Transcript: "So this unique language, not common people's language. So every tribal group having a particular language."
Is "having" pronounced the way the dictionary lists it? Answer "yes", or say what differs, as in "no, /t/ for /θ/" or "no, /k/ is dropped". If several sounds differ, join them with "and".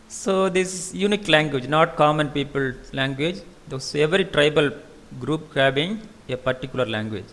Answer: no, /b/ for /v/